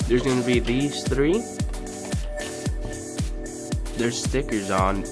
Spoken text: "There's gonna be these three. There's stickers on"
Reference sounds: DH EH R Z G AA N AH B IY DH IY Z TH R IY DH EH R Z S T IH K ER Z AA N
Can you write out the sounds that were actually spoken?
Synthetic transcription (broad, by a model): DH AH R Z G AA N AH B IY DH IY Z TH R IY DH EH R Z S T IH K ER Z N